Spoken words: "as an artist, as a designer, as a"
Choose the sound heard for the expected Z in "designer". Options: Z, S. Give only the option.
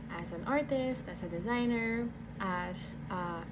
Z